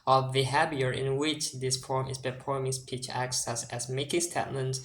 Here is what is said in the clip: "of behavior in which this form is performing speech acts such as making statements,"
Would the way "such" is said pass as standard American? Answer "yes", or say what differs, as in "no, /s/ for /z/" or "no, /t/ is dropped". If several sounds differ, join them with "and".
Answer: no, /s/ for /tʃ/